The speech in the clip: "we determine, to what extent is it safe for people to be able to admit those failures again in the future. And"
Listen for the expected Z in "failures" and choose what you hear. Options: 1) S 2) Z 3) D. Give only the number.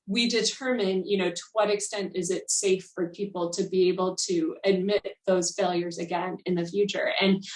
2